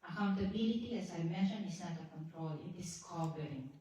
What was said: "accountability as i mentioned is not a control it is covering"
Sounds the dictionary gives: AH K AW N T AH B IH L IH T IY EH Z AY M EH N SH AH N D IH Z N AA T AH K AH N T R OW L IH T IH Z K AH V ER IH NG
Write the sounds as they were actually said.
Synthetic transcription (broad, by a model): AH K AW N T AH B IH L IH T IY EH S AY M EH SH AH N IH S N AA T AH K AH N T R OW L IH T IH S K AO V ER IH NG